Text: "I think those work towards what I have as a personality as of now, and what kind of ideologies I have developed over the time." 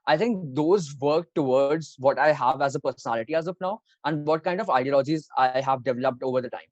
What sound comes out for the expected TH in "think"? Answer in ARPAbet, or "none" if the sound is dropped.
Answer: T